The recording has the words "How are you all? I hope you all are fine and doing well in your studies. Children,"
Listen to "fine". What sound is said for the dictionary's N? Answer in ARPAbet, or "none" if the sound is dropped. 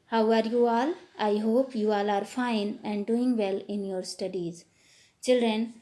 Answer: N